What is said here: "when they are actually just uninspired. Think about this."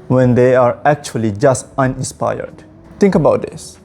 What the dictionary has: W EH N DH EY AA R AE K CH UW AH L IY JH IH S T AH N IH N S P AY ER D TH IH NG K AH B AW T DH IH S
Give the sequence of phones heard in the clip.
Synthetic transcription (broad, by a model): W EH N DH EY AA R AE K CH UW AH L IY JH IH S T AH N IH N S P AY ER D T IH NG K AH B AW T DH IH S